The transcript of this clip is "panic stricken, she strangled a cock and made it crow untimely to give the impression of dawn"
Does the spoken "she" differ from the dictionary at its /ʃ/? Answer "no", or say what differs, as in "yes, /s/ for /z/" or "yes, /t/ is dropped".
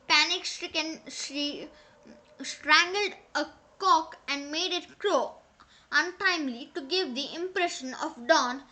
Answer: yes, /s/ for /ʃ/